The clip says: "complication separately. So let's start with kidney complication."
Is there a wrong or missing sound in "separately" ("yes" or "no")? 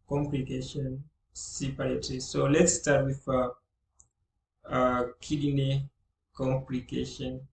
yes